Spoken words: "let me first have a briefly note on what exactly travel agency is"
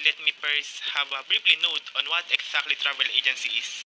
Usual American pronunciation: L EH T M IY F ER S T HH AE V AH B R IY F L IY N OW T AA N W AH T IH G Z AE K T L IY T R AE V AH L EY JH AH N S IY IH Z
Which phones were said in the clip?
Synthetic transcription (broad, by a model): L EH T M IY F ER S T HH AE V AH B R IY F L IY N OW T AA N W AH T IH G S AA K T L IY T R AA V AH L EY JH AH N S IY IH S